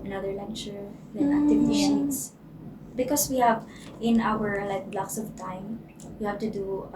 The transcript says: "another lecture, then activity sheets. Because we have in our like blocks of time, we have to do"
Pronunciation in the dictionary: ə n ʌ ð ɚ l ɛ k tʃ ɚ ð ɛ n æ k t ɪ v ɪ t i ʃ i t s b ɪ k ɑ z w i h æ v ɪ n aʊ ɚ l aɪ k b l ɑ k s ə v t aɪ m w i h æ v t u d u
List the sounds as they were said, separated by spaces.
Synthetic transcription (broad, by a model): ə n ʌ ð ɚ l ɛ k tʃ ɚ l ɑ æ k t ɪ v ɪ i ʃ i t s b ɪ k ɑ s w i h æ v ɪ n aʊ ɚ l aɪ k b l ɑ k s ə v t aɪ m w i h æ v t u d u